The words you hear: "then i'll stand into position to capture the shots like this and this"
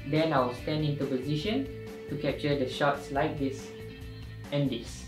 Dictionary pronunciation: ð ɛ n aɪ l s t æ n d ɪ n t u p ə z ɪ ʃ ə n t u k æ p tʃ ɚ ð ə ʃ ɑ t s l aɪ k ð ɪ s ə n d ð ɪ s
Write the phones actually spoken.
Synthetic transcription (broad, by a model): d ɛ n aɪ w s t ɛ n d ɪ n t u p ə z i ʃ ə n t u k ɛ p tʃ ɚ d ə ʃ ɑ t s l aɪ k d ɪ s ə n d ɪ s